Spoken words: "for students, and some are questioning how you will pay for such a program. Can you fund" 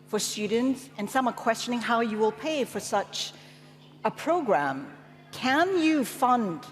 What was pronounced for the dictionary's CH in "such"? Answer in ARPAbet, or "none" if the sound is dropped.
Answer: CH